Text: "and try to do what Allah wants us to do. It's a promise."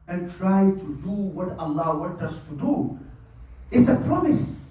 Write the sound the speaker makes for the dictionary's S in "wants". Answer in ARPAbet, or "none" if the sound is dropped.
none